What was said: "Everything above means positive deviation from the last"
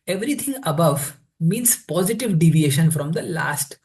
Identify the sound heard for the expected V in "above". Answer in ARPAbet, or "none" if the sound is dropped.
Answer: V